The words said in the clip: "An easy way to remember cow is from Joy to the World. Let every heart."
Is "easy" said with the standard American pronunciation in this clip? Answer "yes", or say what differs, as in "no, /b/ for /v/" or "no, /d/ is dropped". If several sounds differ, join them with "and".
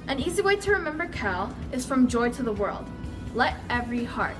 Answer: yes